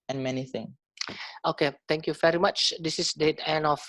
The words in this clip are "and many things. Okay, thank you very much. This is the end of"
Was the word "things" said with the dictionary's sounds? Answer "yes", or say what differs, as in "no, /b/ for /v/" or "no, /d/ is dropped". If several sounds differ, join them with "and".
no, /z/ is dropped